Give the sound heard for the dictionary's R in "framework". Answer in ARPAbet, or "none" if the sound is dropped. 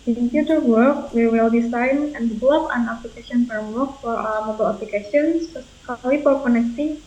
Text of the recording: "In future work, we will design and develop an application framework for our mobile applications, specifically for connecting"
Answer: none